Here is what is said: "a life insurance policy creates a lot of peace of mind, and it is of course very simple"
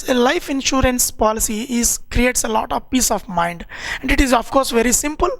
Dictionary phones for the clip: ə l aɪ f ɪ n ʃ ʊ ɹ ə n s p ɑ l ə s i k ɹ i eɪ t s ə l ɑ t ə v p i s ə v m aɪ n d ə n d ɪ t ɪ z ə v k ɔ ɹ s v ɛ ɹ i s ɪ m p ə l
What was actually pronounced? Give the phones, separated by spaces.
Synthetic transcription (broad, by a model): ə l aɪ f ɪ n ʃ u ɹ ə n s p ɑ l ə s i k ɹ i eɪ t s ə l ɑ t ə v p i s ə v m aɪ n d ə n d ɪ t ɪ z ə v k ɔ ɹ s v ɛ ɹ i s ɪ m p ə l